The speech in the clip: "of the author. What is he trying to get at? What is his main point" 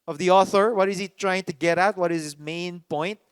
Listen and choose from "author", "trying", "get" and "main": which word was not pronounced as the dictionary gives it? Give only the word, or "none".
none